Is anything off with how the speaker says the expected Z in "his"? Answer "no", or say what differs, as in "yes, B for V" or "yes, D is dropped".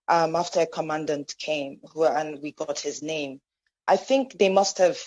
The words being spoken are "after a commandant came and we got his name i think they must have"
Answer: no